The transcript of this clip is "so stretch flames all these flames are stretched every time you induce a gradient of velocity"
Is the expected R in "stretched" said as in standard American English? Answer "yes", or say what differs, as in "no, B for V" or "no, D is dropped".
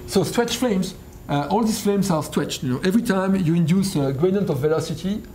no, W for R